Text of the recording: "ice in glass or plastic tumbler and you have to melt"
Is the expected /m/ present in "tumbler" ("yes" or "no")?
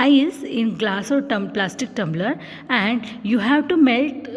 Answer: yes